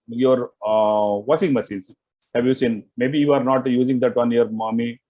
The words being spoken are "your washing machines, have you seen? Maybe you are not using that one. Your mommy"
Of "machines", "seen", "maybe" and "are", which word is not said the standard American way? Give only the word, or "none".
machines